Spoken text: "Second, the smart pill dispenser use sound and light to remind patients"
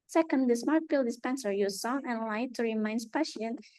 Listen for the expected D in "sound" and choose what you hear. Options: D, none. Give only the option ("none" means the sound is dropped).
none